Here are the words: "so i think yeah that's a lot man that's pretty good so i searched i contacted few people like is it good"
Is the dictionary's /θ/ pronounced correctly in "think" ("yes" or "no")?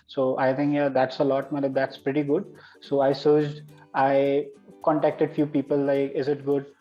no